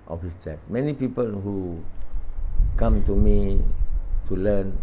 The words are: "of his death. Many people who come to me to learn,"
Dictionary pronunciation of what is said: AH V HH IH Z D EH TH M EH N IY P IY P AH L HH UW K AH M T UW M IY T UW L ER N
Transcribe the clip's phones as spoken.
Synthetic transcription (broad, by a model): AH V HH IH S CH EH S M EH N IY P IY P AH L HH UW K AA M T UW M IY T UW L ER N